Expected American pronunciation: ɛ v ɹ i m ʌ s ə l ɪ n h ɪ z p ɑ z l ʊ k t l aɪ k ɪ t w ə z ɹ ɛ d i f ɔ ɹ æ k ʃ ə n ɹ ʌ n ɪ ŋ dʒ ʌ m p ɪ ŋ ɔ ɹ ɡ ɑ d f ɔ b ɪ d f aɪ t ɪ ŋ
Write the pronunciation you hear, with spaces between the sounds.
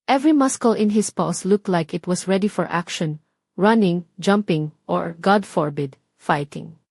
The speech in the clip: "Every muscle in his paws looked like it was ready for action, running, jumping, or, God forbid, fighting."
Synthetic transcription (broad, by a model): ɛ v ɹ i m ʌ s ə l ɪ n h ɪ s p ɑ s l ʊ k t l aɪ k ɪ t w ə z ɹ ɛ d i f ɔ ɹ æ k ʃ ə n ɹ ʌ n ɪ ŋ dʒ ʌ m p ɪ ŋ ɔ ɹ ɡ ɑ d f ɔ b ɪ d f aɪ t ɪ ŋ